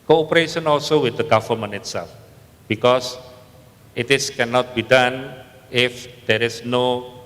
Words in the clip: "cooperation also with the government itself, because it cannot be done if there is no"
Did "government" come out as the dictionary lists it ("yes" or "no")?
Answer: no